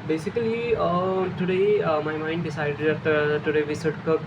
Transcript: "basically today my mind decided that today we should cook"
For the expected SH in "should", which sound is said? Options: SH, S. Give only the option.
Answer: S